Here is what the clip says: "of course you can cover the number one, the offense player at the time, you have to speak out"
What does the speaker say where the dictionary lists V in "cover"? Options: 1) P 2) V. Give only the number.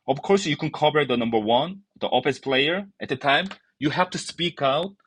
1